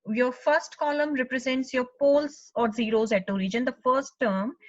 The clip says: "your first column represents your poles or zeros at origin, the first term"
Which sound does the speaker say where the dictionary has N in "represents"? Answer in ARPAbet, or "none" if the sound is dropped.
N